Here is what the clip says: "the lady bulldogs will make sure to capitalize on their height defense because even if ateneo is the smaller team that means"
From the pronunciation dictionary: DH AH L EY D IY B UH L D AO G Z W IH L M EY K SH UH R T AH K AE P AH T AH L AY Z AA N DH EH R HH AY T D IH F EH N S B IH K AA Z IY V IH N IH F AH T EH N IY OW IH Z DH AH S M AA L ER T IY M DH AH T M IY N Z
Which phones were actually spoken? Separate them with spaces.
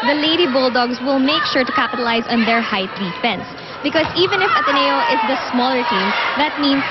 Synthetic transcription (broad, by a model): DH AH L EY D IY B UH L D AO G S W IH L M EY K SH UH R T AH K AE P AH T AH L AY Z AA N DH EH R HH AY T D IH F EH N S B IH K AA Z IY V IH N IH F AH T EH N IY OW IH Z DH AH S M AA L ER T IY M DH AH T M IY N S